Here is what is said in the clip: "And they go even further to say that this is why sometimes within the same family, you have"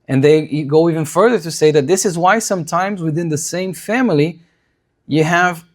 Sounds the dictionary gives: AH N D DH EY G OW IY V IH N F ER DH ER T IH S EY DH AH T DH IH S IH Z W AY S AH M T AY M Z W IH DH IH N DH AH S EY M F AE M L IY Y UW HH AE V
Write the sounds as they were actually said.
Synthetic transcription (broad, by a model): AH N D DH EY G OW IY V IH N F ER DH ER T IH S EY DH AH T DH IH S IH Z W AY S AH M T AY M Z W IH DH IH N DH AH S EY M F AE M L IY Y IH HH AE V